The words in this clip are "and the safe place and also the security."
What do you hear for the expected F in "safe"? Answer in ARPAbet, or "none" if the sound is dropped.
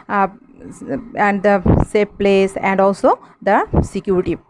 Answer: P